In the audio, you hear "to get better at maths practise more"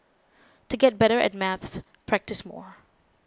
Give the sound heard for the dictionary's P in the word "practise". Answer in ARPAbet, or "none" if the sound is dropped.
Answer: P